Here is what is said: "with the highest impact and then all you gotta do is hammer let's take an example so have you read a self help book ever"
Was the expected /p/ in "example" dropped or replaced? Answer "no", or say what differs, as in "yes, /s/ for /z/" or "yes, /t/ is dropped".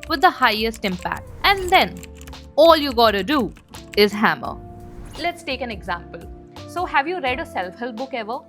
no